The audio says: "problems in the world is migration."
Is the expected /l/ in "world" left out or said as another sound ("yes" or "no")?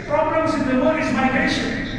yes